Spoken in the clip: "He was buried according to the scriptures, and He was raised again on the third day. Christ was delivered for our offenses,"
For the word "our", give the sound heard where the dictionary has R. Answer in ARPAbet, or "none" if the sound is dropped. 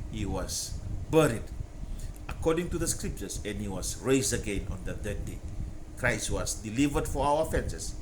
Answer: W